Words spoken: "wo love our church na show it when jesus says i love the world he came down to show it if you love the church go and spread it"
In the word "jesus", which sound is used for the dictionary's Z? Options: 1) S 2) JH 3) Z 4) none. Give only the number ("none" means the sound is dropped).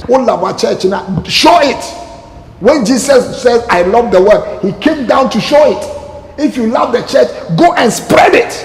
1